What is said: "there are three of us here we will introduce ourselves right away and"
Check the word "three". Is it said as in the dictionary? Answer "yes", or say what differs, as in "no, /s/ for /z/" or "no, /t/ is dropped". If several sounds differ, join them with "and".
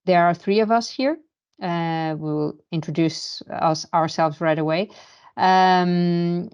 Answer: yes